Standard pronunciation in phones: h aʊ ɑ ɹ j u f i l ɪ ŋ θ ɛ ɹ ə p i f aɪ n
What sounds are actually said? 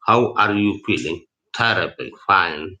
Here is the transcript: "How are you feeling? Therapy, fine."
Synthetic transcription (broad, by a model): h aʊ ɑ ɹ j u f i l ɪ ŋ t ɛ ɹ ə b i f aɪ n